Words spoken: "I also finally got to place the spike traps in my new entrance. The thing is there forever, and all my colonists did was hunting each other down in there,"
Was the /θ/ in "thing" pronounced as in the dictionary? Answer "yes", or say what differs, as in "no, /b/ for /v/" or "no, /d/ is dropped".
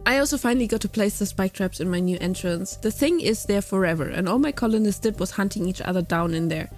yes